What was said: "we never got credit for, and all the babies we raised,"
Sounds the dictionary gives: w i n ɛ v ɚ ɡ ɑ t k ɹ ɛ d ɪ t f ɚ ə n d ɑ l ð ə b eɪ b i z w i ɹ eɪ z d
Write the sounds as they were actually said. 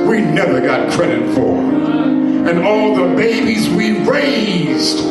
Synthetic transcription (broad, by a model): w i n ɛ v ɚ ɡ ɑ t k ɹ ɛ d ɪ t f ɚ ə n ɑ l ð ə b eɪ b i z w i ɹ eɪ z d